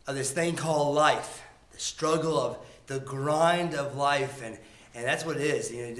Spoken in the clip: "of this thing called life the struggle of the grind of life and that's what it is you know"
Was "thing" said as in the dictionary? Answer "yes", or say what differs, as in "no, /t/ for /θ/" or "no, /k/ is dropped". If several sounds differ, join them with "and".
yes